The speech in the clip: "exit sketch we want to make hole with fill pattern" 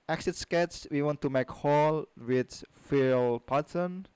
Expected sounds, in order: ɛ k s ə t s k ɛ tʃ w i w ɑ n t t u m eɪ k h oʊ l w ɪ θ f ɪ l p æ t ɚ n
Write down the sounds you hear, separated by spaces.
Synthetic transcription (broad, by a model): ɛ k s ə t s k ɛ s w i w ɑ n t t u m eɪ k h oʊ l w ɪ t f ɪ l p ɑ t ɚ n